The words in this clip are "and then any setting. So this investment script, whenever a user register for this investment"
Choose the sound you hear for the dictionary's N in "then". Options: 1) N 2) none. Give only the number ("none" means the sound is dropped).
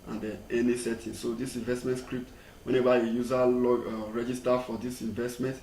2